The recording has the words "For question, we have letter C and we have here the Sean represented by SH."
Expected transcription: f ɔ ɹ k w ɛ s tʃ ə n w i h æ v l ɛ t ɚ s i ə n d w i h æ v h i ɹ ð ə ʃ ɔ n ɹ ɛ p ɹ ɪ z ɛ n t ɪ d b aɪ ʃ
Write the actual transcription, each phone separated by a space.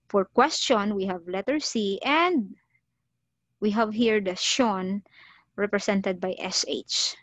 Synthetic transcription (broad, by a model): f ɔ ɹ k w ɛ s tʃ ə n w i h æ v l ɛ t ɚ s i ə n d w i h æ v h i ɹ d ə ʃ ɔ n ɹ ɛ p ɹ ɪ s ɛ n t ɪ d b aɪ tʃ